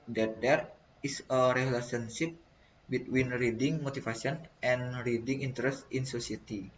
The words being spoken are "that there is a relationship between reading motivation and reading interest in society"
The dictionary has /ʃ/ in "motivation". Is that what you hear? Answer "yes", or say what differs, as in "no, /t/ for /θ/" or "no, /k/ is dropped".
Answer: no, /s/ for /ʃ/